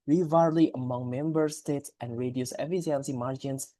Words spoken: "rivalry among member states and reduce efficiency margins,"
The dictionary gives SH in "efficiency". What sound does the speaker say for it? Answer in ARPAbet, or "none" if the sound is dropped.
S